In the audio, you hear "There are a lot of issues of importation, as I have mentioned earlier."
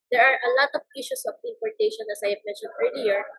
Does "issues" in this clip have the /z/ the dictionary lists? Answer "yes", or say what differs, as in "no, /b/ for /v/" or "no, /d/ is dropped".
no, /s/ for /z/